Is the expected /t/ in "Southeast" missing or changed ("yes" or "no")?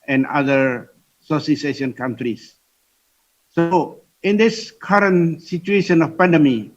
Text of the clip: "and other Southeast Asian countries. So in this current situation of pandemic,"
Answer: yes